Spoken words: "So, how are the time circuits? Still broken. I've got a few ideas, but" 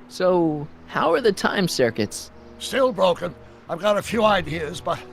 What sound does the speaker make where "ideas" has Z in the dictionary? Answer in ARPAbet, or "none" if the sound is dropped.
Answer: Z